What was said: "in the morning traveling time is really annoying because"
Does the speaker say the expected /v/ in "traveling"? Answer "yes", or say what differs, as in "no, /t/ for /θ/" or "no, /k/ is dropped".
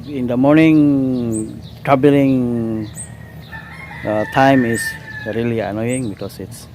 no, /b/ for /v/